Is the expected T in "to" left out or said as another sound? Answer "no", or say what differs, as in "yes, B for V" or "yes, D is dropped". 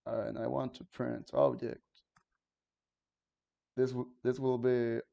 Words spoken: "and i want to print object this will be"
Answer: no